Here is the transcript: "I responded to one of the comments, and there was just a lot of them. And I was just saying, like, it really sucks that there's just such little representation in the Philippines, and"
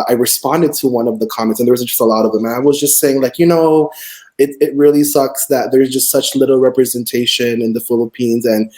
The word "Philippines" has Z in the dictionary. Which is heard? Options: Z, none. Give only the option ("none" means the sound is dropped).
Z